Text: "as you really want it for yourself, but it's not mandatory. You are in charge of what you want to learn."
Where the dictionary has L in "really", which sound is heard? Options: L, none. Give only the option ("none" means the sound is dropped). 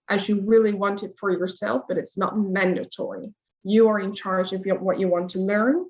L